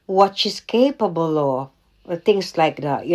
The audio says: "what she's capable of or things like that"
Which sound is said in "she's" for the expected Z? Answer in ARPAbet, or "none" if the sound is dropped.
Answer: S